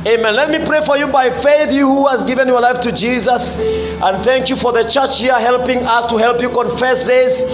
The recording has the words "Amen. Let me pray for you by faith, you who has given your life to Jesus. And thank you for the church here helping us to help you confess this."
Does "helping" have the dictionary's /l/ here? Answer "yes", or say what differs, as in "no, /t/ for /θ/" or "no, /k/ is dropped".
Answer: yes